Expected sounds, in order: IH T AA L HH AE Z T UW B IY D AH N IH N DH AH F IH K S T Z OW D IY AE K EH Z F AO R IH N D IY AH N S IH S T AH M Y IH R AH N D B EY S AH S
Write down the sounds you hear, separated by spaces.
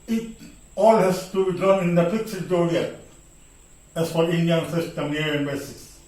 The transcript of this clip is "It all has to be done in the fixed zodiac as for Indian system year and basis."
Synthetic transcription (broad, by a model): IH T AA L HH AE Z T UW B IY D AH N IH N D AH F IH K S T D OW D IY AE EH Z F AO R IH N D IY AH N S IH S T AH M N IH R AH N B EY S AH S